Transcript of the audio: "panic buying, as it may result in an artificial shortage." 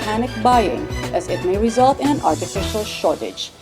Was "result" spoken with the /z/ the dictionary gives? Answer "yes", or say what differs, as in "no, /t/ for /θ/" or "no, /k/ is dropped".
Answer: yes